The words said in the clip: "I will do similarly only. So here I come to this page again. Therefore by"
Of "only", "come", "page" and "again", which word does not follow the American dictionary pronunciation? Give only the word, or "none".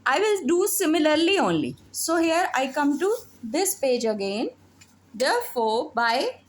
none